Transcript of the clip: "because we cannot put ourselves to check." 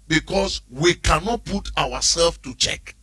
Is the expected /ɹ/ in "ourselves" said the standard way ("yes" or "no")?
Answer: no